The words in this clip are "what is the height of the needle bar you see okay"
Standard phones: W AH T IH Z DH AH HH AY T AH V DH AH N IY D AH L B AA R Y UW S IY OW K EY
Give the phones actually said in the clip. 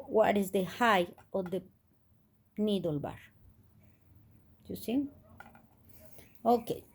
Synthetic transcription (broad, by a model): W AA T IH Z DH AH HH AY AH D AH N IY D AH L B AA R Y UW S IY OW K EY